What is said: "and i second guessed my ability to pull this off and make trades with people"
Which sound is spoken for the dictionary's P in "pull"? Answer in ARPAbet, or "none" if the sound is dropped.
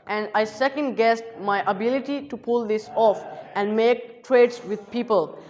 P